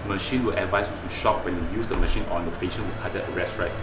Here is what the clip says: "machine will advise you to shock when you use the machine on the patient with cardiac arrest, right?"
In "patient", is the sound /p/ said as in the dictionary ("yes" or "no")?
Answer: no